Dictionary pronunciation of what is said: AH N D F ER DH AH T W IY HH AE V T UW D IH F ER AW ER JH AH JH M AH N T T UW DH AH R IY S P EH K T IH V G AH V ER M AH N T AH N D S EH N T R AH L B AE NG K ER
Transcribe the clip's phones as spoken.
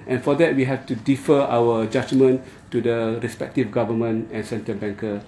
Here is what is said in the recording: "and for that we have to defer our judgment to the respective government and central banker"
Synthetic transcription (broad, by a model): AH N F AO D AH T W IY HH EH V T UW D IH F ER AW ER JH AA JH M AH N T T UW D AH R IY S P EH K T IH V G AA V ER M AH N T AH N S EH N T AH B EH NG K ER